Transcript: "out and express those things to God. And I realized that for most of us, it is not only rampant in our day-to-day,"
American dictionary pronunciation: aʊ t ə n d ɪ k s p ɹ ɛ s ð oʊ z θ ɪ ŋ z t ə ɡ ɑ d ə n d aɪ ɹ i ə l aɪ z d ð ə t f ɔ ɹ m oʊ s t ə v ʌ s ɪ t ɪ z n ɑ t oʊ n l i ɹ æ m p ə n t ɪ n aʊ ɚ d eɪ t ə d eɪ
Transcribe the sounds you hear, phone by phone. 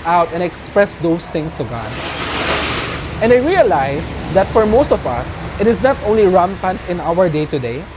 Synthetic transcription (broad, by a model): aʊ t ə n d ɪ k s p ɹ ɛ s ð oʊ s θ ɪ ŋ s t ə ɡ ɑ d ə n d aɪ ɹ i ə l aɪ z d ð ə t f ɔ ɹ m oʊ s t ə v ʌ s ɪ t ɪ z n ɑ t oʊ n l i ɹ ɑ m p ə n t ɪ n aʊ ɚ d eɪ t ə d eɪ